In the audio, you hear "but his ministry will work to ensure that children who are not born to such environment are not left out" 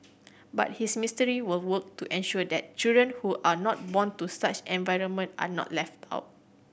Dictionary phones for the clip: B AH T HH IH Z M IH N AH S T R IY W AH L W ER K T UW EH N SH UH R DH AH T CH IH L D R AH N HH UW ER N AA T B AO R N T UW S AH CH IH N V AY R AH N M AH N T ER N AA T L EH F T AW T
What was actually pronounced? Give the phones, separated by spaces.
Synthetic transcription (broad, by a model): B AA T HH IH S M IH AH S T R IY W AH L W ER K T UW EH N SH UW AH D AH T CH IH L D R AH N HH UW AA N AA T B AO N T UW S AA CH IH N V AY R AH N M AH N T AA N AA T L EH F T AW T